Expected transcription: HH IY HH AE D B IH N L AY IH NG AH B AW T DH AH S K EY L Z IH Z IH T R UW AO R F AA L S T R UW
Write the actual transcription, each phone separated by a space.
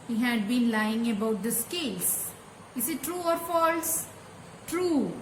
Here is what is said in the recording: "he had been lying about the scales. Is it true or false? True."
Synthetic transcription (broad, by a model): HH IY HH AE D B IH N L AY IH NG AH B AW T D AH S K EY L S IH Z IH T R UW AO R F AA L S T R UW